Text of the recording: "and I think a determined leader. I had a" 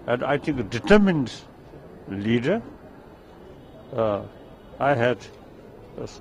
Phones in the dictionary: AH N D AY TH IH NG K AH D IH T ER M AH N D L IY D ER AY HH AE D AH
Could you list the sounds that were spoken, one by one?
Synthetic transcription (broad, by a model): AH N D AY T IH NG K AH D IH T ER M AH N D L IY D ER AY HH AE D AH